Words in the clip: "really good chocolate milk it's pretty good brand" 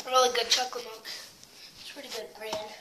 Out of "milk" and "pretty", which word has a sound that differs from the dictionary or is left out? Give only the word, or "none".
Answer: milk